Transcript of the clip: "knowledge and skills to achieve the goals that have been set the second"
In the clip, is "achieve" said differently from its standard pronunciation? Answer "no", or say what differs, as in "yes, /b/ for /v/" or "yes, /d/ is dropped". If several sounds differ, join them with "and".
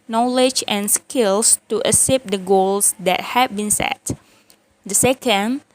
yes, /s/ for /tʃ/